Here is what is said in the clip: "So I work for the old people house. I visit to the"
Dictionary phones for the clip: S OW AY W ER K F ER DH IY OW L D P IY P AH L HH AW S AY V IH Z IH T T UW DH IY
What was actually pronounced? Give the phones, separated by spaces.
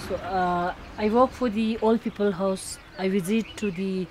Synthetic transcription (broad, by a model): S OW AY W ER K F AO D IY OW L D P IY P AH L HH AW S AY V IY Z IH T T UW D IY